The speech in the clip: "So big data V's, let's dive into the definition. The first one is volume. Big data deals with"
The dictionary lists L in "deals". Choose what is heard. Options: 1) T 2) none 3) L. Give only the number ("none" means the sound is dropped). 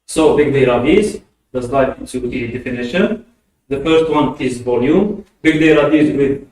2